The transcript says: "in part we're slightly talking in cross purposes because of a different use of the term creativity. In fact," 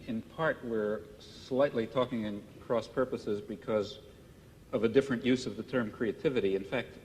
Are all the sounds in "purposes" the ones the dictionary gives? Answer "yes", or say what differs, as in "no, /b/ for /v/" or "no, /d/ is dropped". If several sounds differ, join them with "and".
yes